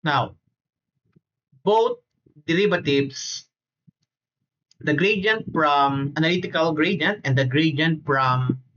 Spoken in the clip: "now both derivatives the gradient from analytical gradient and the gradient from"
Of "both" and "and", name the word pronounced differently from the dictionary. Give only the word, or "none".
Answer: both